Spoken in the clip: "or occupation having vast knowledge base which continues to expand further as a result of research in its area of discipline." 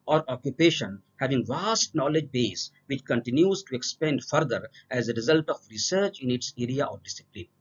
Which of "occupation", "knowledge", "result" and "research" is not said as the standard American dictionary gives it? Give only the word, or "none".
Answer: none